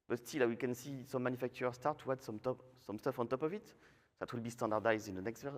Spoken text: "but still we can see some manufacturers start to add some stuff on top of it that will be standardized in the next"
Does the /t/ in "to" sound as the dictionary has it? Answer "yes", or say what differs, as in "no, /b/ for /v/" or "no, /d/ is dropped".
no, /s/ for /t/